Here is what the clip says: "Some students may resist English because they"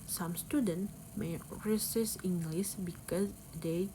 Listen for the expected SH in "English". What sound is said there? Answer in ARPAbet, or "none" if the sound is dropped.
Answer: S